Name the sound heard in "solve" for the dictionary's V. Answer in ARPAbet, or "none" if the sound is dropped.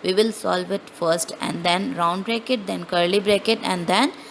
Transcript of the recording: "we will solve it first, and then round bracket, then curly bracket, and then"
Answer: V